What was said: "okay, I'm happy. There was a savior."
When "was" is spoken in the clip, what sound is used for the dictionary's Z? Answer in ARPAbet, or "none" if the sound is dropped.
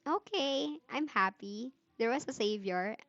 S